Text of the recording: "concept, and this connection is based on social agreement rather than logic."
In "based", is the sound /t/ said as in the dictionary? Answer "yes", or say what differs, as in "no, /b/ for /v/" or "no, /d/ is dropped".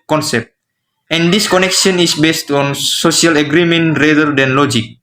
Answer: yes